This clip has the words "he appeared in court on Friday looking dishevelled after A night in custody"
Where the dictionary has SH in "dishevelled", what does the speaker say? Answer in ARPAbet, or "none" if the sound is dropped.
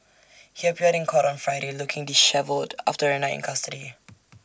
SH